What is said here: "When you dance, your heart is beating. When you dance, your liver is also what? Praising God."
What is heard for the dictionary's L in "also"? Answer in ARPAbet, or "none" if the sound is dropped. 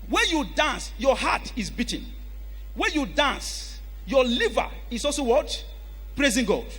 L